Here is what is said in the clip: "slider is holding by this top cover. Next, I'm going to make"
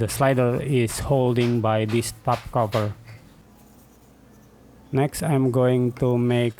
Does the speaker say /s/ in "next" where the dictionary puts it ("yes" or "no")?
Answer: yes